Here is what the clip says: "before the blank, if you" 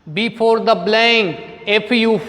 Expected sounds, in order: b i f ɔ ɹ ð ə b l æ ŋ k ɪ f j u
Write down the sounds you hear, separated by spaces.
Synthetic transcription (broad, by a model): b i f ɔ ɹ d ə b l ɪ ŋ ɪ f j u